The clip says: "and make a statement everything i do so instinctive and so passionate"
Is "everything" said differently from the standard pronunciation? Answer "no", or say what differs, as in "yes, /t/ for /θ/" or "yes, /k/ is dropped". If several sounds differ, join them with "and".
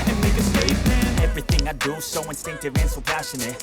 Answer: no